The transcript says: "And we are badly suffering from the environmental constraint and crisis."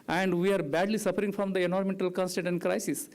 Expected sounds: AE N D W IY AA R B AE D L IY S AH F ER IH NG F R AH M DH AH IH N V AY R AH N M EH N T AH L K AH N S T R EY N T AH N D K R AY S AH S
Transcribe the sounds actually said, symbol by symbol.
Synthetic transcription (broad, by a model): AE N D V IY AA R B AE D L IY S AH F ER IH NG F R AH M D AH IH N AO R M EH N T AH L K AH N S T EY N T AH N D K R AY S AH S